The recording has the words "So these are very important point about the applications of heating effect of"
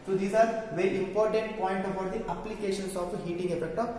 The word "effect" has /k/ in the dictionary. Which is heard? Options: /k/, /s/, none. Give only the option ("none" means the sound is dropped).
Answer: /k/